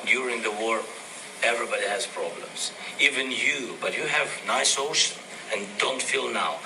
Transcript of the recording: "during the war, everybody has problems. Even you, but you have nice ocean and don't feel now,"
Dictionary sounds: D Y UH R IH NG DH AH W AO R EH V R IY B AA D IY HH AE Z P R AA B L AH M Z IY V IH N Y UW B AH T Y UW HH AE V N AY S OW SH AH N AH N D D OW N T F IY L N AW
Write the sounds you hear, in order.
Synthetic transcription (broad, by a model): D Y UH R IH NG DH AH W AO R EH V R IY B AA D IY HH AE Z P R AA B L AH M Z IY V IH N Y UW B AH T Y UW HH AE V N AY S OW SH AH N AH N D D OW N T F IY L N AW